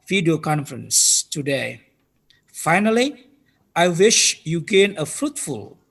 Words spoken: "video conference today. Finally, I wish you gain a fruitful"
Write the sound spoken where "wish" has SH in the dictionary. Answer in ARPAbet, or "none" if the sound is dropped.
SH